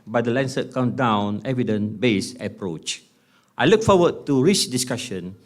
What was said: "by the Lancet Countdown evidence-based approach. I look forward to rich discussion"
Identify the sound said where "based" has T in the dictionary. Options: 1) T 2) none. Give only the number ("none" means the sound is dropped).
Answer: 2